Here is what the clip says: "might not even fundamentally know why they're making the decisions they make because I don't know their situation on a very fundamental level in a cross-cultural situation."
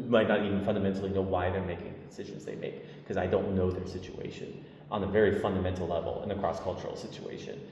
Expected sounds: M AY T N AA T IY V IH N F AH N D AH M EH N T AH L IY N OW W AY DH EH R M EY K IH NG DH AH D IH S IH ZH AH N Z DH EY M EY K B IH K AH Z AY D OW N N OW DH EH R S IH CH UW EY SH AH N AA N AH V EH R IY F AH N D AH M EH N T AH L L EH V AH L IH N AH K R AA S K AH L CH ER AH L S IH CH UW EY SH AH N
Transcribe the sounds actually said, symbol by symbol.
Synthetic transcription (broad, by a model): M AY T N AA T IY V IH N F AH N D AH M EH N T L IY N OW W AY DH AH R M EY K IH NG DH D IH S IH ZH AH N Z DH EY M EY IH K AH Z AY D OW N N OW DH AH R S IH CH UW EY SH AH N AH N AH V EH R IY F AH N D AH M EH N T L L EH V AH L IH N AH K R AA S K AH L CH ER L S IH CH UW EY SH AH N